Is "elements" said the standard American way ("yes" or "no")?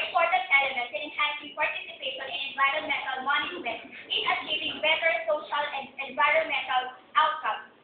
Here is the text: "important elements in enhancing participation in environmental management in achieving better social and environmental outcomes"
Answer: no